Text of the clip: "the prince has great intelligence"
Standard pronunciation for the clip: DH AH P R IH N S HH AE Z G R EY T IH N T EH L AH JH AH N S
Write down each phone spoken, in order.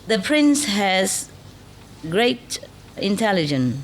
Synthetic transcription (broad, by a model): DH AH P R IH N S HH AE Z G R EY T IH N T EH L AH JH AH N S